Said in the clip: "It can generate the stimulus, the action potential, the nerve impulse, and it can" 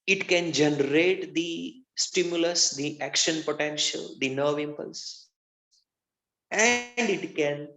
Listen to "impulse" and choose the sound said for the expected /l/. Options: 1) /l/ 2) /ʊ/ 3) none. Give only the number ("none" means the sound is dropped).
1